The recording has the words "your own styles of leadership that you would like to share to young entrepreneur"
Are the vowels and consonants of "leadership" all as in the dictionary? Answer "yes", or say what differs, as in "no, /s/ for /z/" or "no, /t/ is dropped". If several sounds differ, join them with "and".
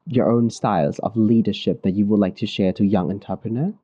yes